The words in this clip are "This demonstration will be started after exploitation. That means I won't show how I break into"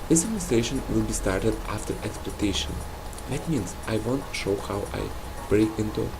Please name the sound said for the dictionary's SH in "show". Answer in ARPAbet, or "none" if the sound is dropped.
SH